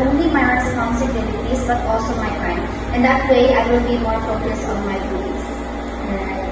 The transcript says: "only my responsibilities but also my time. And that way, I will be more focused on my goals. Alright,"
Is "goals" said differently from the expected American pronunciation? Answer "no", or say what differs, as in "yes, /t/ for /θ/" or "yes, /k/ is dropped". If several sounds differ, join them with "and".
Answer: yes, /z/ is dropped